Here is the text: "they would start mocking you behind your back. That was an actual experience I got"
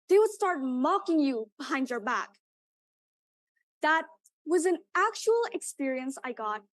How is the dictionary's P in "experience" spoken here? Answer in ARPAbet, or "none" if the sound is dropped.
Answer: P